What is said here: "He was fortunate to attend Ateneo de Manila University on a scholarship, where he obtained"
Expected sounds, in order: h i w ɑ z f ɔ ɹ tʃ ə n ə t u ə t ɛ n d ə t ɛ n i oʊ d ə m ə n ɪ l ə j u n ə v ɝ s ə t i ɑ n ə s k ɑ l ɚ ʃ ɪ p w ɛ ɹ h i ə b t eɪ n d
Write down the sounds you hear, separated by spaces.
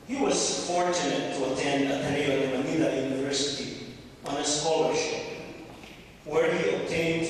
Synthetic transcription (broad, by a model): h i w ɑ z f ɔ ɹ tʃ ə n ə t u ə t ɛ n d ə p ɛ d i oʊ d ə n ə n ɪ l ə j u n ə v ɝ s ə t i ɑ n ə s k ɑ l ɚ ʃ ɪ p w ɛ ɹ h i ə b t eɪ n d